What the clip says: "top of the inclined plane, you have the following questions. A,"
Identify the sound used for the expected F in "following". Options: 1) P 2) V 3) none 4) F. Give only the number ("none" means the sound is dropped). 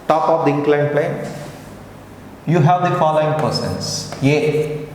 4